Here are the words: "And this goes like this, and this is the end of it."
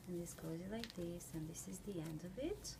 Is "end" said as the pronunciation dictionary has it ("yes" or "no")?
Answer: yes